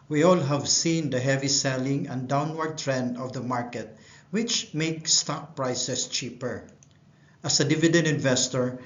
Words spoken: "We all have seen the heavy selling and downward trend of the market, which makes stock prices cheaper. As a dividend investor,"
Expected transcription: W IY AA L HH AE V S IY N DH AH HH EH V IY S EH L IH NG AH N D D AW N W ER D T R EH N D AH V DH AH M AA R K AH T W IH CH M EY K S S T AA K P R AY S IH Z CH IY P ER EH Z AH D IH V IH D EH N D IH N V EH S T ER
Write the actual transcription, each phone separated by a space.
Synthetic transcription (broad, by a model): W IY AA L HH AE V S IY N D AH HH EH V IY S EH L IH NG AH N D D AW N W ER D T R EH N D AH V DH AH M AA R K AH T W IH CH M EY K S S T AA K P R AY S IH S CH IY P ER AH S AH D IH V IH D EH N D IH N V EH S T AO